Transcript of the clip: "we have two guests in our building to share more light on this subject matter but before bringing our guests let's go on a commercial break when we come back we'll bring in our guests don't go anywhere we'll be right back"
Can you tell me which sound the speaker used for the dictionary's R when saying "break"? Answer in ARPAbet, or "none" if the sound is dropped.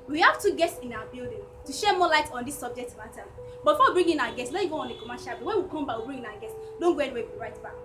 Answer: none